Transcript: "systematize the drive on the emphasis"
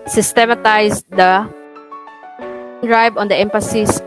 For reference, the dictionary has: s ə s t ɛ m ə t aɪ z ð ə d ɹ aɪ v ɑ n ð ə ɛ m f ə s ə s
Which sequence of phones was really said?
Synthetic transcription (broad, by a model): s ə s t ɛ m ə t aɪ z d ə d ɹ aɪ b ɑ n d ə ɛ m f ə s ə s